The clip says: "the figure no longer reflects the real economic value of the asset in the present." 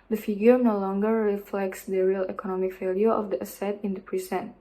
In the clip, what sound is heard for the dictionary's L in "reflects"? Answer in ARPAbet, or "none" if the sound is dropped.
L